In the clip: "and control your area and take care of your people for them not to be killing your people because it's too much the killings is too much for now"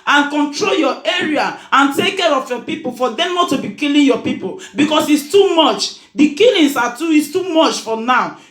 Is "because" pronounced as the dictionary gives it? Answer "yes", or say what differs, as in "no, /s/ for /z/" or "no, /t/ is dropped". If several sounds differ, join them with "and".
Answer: no, /s/ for /z/